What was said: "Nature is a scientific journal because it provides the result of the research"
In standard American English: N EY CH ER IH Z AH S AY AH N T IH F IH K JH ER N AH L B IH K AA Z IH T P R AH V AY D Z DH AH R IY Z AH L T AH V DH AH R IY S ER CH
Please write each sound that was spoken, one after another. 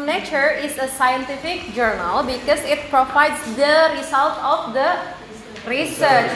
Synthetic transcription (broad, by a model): N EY CH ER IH S AH S AY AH N T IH F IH K JH ER N AH L B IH K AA S IH T P R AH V AY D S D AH R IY S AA L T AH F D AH R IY S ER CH